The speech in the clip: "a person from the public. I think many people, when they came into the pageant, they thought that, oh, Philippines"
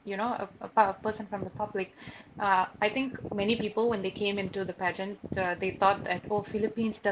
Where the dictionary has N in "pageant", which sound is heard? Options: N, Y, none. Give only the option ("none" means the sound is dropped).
N